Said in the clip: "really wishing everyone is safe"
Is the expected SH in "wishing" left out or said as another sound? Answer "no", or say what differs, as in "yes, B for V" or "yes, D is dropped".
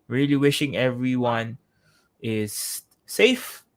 no